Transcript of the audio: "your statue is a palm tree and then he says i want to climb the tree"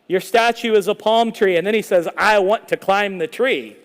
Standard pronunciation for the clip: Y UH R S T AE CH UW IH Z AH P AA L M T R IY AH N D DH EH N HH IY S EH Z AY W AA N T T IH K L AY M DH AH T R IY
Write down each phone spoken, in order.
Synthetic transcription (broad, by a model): Y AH R S T AE CH UW IH Z AH P AA L M T R IY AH N DH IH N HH IY S EH Z AY W AA N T T IH K L AY M DH AH T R IY